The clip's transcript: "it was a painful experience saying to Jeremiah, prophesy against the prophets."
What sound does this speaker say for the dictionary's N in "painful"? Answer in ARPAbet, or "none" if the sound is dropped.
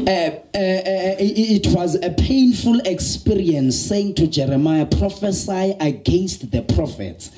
N